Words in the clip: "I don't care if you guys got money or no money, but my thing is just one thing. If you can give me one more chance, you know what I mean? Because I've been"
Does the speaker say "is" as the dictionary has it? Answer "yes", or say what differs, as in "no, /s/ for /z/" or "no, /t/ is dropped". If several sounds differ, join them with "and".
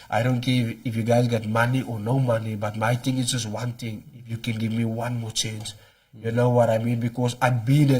no, /s/ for /z/